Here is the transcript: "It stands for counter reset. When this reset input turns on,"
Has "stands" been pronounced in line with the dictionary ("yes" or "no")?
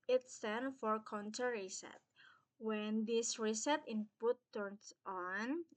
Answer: no